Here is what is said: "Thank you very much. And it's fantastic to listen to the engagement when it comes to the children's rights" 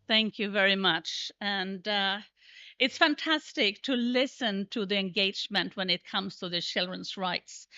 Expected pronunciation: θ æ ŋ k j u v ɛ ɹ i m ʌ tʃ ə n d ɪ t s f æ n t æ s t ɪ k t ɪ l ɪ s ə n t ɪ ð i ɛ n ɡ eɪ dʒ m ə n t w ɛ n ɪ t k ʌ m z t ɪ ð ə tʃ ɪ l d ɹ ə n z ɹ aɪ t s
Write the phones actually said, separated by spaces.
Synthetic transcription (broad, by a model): θ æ ŋ k j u v ɛ ɹ i m ʌ tʃ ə n d ɪ t s f æ n t æ s t ɪ k t ɪ l ɪ s ə n t ɪ ð i ɛ n ɡ eɪ dʒ m ə n t w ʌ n ɪ t k ʌ m z t ɪ ð ə tʃ ɪ l d ɹ ə n z ɹ aɪ t s